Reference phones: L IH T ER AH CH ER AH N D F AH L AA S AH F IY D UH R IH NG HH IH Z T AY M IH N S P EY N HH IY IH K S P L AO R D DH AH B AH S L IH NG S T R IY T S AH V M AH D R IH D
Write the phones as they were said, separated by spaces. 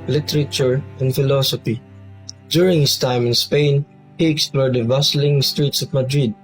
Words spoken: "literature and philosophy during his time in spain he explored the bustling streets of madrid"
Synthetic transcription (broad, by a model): L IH T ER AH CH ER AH N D F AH L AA S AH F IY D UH R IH NG HH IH S T AY M IH N S P EY N HH IY IH K S P L AO R D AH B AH S L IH NG S T R IY T S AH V M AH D R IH D